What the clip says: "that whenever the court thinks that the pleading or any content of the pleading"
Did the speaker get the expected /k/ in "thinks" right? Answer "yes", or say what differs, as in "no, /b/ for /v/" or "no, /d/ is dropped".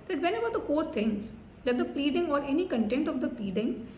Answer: no, /k/ is dropped